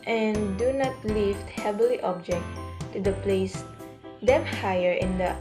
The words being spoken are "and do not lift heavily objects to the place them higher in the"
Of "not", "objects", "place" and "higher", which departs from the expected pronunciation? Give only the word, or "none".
objects